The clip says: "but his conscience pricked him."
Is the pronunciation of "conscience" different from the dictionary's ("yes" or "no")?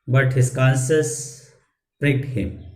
yes